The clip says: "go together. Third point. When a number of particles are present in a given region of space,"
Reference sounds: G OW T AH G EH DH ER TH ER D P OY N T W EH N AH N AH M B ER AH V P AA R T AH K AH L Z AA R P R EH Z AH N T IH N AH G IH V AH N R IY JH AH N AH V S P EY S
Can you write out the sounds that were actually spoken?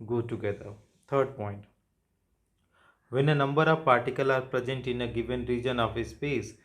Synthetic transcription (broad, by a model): G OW T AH G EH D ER T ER D P OY N T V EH N AH N AH M B ER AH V P AA R T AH K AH L AA R P R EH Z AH N T IH N AH G IH V AH N R IY JH AH N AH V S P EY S